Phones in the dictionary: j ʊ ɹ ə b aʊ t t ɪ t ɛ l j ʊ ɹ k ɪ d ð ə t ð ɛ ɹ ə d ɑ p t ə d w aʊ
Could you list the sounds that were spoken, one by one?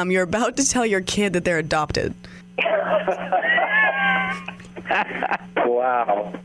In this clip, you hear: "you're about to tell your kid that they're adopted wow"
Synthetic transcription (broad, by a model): j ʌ ɹ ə b aʊ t t ɪ t ɛ l j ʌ ɹ k ɪ d ð ə t ð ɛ ɹ ə d ɑ p t ə d w aʊ